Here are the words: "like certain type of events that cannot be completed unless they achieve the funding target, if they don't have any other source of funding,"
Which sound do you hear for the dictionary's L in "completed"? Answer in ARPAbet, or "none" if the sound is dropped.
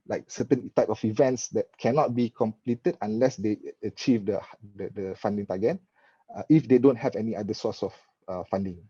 L